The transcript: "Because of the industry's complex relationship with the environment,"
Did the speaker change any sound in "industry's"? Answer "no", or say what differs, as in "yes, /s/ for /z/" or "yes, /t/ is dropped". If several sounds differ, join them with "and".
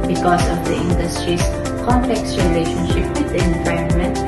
yes, /s/ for /z/